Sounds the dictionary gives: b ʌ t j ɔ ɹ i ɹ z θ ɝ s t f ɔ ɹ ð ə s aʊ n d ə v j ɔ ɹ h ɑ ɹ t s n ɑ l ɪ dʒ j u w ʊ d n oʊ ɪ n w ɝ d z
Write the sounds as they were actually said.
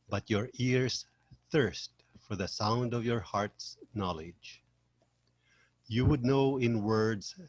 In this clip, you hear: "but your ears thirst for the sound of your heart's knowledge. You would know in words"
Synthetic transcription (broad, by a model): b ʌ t j ɔ ɹ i ɹ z θ ɝ s t f ɔ ɹ ð ə s aʊ n d ə v j ɔ ɹ h ɑ ɹ t s n ɑ l ɪ dʒ j u w ʊ d n oʊ ɪ n w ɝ d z